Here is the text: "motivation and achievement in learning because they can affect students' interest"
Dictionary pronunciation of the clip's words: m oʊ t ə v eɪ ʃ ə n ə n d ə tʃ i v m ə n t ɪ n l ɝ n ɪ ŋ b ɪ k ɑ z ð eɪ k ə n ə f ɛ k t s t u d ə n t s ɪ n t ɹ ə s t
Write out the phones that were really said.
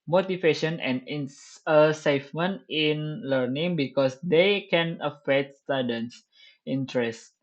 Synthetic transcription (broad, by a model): m oʊ t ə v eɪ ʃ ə n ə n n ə s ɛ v m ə n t ɪ n l ɝ n ɪ ŋ b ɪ k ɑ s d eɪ k ə n ə f ɛ k t s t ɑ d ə n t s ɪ n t ɹ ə s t